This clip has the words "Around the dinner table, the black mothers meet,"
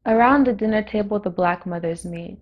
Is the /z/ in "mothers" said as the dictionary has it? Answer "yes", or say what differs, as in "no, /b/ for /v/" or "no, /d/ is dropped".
yes